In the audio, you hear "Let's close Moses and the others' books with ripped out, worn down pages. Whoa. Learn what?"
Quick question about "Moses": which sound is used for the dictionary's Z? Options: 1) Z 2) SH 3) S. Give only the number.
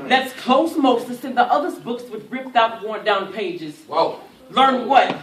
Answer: 3